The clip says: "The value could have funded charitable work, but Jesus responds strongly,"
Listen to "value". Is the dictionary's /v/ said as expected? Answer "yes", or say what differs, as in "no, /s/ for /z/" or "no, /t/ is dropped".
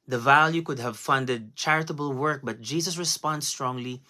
yes